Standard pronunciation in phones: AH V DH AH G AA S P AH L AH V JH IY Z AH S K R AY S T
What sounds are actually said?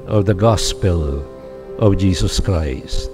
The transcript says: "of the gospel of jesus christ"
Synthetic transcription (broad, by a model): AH V DH AH G AA S P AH L AH V JH IY Z AH S K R AY S T